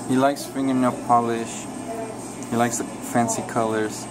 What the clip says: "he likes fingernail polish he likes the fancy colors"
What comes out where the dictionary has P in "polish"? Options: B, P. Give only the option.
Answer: P